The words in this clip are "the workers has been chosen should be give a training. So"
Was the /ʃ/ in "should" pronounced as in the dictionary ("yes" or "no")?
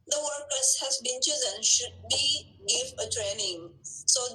yes